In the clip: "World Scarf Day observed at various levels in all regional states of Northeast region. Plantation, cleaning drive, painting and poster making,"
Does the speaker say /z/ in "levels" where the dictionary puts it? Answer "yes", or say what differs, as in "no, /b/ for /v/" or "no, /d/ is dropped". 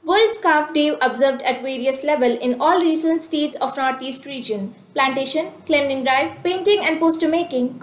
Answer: no, /z/ is dropped